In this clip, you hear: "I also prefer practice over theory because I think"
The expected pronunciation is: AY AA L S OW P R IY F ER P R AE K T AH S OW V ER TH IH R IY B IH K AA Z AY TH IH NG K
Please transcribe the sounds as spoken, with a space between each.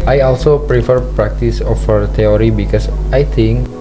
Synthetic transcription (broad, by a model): AY AA L S OW P R IY F ER P R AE K T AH S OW F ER T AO R IY B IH K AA S AY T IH NG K